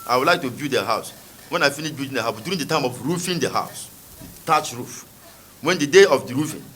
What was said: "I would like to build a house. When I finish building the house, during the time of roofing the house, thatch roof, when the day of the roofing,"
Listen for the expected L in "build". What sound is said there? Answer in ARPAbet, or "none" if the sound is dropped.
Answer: none